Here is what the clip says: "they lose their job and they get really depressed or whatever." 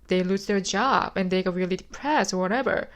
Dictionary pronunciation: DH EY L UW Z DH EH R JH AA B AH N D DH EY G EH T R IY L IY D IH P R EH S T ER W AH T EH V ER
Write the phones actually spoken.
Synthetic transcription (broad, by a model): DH EY L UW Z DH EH R JH AA B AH N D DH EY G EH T R IY L IY D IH P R EH S ER W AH T EH V ER